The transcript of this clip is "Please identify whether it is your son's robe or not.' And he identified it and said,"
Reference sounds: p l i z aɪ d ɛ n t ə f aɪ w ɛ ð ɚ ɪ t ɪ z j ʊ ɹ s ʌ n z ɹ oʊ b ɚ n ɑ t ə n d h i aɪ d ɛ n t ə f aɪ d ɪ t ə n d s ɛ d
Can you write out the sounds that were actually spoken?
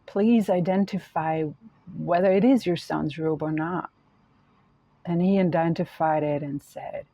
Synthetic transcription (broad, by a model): p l i z aɪ d ɛ n t ə f aɪ w ɛ ð ɚ ɪ t ɪ z j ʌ ɹ s ʌ n z ɹ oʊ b ɚ n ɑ t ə n i aɪ d ɛ n t ə f aɪ d ɪ t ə n s ɛ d